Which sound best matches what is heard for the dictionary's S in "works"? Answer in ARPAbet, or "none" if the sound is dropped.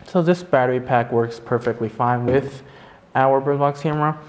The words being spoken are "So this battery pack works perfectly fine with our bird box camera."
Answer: S